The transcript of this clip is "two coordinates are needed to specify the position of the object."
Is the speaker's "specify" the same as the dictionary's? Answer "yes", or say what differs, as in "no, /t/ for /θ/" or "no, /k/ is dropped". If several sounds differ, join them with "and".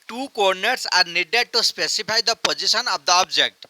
no, /p/ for /f/